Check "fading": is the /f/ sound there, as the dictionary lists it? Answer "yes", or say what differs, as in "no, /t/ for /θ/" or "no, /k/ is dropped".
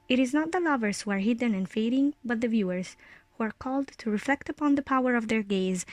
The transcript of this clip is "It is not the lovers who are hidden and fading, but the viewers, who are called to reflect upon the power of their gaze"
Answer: yes